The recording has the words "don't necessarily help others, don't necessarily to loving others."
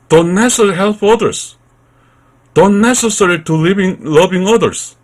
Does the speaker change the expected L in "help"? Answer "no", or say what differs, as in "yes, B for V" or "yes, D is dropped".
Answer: no